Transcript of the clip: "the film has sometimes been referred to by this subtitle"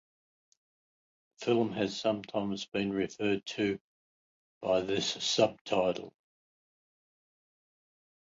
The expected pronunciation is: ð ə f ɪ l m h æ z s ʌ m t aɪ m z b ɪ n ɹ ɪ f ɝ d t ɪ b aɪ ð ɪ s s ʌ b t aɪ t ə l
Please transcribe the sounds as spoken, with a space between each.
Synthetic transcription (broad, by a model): f ɪ l m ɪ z s ʌ m t aɪ m z b ɪ n ɹ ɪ f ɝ d t ɪ b aɪ ð ɪ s s ʌ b t aɪ t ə l